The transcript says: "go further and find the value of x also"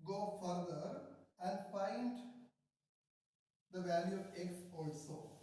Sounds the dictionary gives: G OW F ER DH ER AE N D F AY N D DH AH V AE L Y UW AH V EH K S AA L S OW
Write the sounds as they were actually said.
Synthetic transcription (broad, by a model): G OW F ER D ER AE N D F AY N D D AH V AE L Y UW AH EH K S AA L S OW